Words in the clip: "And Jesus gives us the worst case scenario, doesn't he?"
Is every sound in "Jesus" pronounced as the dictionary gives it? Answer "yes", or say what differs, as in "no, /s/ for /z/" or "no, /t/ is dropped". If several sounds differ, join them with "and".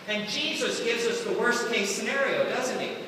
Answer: yes